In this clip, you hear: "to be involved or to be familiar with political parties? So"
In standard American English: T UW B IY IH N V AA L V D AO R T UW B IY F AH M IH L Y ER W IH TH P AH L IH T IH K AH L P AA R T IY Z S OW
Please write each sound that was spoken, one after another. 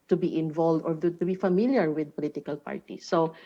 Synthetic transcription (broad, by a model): T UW B IY IH N V AA L V D AO R T UW B IY F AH M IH L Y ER W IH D P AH L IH T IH K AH L P AA R T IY S OW